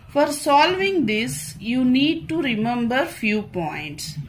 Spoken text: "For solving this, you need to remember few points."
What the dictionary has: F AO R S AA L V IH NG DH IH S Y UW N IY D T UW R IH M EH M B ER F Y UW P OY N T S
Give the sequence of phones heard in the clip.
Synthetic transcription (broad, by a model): F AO R S AA L V IH NG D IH S Y UW N IY D T UW R IH M EH M B ER F Y UW P OY N T S